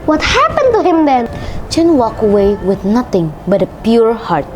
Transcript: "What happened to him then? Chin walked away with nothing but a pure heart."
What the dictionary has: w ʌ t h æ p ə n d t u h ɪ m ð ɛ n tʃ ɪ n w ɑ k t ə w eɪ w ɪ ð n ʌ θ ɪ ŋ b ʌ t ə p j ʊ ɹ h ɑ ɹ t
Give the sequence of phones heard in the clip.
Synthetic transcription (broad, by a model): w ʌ t h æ p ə n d t u h ɪ m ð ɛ n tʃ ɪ n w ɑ k ə w eɪ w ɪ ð n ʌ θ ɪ ŋ b ʌ t ə p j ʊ ɹ h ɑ ɹ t